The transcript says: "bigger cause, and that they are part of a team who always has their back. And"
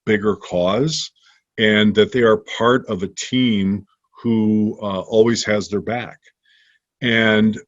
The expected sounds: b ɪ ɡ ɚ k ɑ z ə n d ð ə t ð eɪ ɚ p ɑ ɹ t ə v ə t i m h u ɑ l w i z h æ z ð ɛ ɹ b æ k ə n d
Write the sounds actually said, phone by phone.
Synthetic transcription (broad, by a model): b ɪ ɡ ɚ k ɑ z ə n ð ə t ð eɪ ɚ p ɑ ɹ t ə v ə t i m h u ɑ l w i z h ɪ z ð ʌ ɹ b æ k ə n